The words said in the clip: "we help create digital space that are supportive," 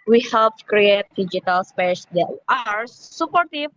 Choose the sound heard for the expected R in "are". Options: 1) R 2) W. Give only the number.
1